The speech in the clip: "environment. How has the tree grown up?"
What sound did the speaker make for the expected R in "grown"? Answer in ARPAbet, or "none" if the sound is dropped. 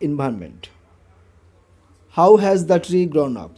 R